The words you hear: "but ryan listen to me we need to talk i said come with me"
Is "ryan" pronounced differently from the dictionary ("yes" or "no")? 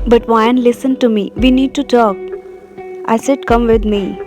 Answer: yes